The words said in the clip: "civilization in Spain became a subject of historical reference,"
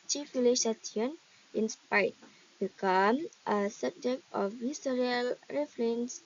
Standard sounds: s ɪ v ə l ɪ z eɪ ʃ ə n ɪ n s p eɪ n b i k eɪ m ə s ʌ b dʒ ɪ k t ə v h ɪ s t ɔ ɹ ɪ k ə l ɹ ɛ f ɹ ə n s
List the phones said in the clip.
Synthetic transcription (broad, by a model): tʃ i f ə l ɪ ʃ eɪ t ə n ɪ n s p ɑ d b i k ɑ m ə s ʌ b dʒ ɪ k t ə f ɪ s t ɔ ɹ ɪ ə l ɹ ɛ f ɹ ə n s